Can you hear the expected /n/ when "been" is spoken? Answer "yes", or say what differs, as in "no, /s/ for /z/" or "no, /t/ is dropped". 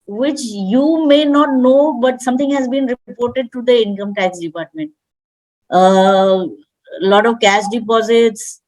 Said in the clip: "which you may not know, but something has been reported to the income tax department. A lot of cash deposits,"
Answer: yes